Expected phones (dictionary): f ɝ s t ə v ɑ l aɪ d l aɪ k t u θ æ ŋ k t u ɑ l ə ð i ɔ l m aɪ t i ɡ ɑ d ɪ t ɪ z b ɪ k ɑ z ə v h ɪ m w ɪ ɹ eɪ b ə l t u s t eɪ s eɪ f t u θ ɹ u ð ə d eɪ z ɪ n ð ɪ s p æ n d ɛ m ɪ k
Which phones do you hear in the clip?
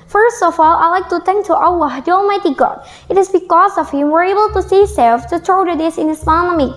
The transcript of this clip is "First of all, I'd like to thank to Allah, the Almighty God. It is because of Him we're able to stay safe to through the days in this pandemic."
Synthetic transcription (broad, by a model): f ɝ s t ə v ɑ l aɪ l aɪ k t u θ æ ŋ k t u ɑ w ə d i ɔ l m aɪ t i ɡ ɑ d ɪ t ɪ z b ɪ k ɑ z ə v h ɪ m w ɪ ɹ eɪ b ə l t u s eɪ s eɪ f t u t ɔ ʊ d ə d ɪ s ɪ n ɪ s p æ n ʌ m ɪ